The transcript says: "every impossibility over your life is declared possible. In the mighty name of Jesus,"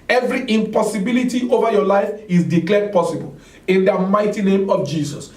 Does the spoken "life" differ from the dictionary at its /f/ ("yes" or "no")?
no